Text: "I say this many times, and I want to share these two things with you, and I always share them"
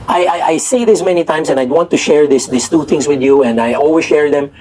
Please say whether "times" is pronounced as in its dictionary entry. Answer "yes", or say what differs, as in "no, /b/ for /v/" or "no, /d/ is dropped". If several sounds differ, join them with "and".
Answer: no, /s/ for /z/